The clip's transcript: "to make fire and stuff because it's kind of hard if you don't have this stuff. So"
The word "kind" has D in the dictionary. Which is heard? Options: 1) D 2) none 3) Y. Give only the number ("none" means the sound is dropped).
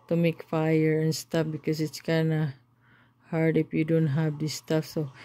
2